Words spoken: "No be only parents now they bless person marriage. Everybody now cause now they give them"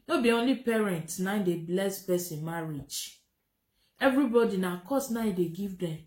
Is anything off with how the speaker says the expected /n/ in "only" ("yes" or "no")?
no